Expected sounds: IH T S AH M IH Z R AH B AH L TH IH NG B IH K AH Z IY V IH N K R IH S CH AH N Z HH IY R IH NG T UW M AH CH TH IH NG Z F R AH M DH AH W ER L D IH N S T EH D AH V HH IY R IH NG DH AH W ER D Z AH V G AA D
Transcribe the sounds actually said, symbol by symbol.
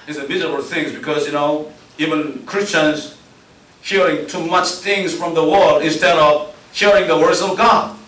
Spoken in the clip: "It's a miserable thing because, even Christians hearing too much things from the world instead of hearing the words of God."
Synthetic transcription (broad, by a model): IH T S AH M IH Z AH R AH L TH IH NG B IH K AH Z IY V IH N K R IH S CH AH N Z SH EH R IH NG T UW M AH CH TH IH NG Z F R AH M DH AH W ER L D IH N S T EH D AH V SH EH R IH NG DH AH W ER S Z AH V G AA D